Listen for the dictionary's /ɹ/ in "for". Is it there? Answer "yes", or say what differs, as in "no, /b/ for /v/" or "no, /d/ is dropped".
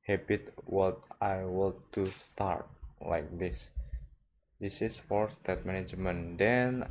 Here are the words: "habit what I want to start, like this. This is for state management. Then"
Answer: yes